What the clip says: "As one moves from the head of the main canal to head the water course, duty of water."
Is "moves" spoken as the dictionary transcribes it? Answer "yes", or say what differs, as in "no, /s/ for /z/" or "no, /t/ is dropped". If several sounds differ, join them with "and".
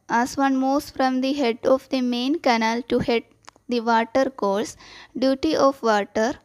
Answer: no, /v/ is dropped